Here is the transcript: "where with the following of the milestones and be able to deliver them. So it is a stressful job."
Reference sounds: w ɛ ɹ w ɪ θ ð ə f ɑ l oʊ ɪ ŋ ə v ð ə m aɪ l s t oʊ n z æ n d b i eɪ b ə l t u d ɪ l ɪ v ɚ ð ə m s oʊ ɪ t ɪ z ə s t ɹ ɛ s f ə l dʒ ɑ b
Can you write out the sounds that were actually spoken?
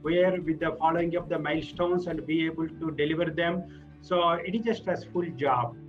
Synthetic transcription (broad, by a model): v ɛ ɹ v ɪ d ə f ɑ l oʊ ɪ ŋ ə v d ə m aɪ l s t oʊ n s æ n d b i eɪ b ə l t u d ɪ l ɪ v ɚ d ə m s oʊ ɪ t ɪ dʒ ə s t ɛ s f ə l dʒ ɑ b